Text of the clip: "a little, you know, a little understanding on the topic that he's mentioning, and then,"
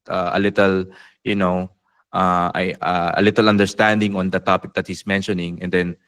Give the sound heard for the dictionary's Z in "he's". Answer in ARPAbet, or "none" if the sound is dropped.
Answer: S